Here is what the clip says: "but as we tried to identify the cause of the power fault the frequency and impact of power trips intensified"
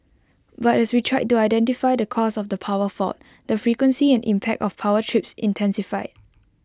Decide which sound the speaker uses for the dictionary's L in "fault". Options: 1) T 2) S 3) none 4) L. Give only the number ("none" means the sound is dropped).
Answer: 3